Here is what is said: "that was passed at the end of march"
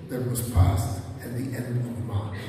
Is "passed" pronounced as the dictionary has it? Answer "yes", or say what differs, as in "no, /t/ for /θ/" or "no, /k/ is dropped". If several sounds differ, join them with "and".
yes